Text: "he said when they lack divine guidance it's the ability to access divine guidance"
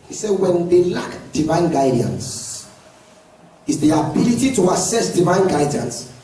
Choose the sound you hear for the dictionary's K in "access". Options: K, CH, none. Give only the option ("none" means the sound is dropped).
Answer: none